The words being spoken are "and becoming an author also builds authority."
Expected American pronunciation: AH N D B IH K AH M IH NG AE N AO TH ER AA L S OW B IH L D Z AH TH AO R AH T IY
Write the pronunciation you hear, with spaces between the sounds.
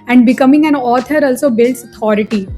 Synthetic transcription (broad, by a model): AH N D B IH K AH M IH NG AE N AO T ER AA L S OW B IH L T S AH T AO R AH T IY